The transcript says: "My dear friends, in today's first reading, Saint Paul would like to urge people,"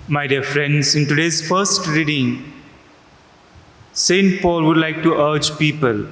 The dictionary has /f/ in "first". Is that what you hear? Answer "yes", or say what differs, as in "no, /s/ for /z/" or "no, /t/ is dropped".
yes